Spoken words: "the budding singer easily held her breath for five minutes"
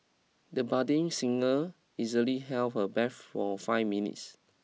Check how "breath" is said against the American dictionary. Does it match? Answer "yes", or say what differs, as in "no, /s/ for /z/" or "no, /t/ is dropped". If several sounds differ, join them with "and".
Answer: no, /ɹ/ is dropped and /t/ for /θ/